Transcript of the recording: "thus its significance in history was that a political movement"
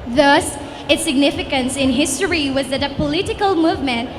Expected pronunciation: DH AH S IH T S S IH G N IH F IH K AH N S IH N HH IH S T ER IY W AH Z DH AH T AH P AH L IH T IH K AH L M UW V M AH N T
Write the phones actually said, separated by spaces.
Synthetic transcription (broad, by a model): DH AH S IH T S S IH G N IH F IH K AH N S IH N HH IH S T ER IY W AH Z DH AH T AH P AH L IH T IH K AH L M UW V M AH N T